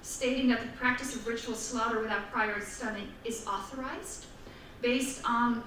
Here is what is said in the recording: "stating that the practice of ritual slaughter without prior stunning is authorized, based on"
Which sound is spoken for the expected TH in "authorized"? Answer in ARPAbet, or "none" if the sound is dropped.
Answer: TH